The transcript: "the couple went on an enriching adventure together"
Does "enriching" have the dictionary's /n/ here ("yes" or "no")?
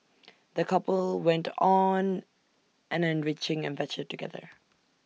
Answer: yes